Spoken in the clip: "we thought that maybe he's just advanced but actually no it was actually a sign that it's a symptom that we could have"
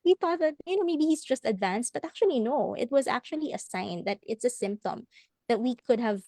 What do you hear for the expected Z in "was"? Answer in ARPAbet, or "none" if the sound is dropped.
Z